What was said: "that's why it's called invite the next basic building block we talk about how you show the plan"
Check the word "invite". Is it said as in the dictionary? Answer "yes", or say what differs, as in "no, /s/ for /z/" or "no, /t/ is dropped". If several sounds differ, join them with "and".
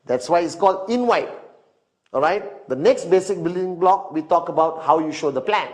no, /w/ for /v/